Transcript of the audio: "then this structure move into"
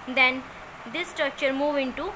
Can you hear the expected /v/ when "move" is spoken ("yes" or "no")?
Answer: yes